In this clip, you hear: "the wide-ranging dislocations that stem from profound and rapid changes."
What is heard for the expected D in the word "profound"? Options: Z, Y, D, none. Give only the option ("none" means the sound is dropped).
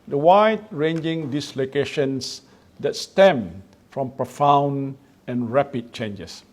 none